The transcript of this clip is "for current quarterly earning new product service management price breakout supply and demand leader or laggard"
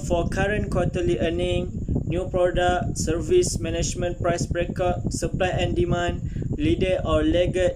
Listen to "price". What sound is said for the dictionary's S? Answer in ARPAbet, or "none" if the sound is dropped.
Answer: S